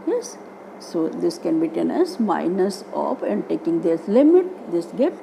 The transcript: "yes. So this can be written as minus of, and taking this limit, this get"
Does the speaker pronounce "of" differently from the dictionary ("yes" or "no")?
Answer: yes